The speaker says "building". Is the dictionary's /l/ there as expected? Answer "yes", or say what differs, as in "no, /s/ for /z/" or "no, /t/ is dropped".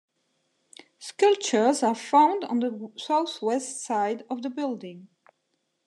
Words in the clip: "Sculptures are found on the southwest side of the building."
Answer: yes